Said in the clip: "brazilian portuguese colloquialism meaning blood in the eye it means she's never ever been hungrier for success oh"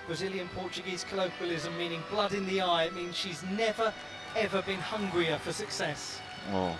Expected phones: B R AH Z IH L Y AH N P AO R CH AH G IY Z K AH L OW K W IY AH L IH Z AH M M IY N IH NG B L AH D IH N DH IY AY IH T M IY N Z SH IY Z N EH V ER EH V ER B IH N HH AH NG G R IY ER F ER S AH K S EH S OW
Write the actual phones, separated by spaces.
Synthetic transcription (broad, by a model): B R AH Z IH L Y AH N P AO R CH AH G IY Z K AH L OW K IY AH L IH Z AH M M IY N IH NG B L AH D IH N DH IY AY IH T M IY N Z SH IY Z N EH V ER EH V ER B IH N HH AH NG G R IY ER F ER S AH K S EH S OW